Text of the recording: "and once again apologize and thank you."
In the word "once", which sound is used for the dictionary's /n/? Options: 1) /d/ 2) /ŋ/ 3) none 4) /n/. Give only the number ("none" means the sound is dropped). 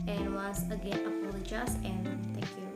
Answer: 3